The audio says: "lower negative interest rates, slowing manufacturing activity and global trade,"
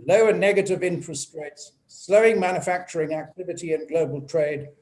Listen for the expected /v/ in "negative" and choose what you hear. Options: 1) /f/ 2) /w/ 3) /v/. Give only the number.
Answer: 3